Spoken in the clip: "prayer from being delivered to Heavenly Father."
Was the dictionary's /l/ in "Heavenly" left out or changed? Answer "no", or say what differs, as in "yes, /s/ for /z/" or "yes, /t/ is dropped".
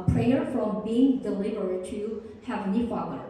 yes, /l/ is dropped